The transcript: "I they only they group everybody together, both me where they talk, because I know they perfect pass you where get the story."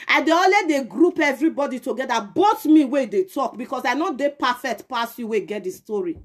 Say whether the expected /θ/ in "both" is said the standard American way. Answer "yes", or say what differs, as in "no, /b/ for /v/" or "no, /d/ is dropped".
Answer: no, /t/ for /θ/